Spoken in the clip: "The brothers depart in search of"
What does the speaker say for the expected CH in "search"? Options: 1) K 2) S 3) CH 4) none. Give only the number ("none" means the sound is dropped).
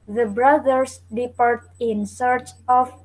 3